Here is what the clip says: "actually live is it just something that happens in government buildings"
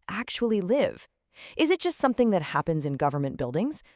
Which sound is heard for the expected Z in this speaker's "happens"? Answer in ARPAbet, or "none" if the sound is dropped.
Z